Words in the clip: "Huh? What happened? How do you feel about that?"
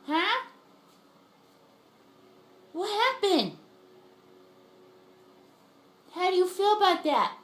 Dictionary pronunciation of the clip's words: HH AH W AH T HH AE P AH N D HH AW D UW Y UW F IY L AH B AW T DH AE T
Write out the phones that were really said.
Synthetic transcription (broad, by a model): HH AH W AH T HH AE B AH N HH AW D Y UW F IY L AH B AW T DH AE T